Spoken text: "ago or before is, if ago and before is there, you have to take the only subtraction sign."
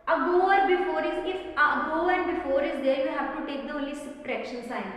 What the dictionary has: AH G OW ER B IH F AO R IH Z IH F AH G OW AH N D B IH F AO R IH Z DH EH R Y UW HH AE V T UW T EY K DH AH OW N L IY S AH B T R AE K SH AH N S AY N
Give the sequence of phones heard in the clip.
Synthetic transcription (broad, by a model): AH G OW ER B IH F AO R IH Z IH F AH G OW AH N D B IH F AO R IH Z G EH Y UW HH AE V T UW T EY K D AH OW L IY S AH T R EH K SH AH N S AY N